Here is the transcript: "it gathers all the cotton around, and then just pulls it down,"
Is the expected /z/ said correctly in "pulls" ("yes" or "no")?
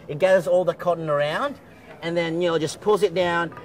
yes